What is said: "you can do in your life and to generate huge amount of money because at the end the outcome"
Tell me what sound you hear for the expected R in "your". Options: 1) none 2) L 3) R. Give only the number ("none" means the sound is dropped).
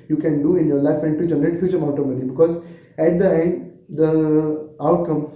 3